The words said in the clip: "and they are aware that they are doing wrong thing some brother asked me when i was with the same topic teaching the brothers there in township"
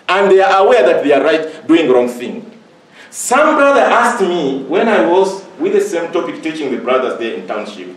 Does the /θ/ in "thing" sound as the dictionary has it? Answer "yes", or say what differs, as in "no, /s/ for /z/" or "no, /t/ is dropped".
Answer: yes